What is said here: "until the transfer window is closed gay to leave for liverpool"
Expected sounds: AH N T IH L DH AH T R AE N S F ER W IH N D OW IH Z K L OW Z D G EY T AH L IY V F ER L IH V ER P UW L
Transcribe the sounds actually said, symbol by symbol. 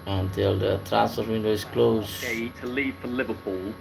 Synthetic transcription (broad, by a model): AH N T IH L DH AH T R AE S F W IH N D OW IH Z K L OW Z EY T AH L IY V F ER L IH V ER P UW L